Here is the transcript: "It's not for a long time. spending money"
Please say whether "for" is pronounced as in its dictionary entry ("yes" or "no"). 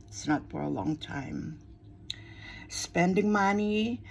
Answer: yes